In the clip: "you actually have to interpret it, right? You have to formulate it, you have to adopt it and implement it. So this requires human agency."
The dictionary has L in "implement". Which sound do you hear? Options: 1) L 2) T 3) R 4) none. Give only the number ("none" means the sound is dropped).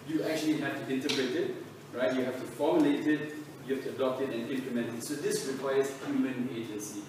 1